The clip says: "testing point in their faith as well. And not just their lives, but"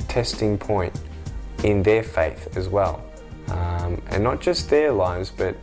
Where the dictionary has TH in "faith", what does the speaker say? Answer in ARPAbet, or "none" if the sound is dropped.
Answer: TH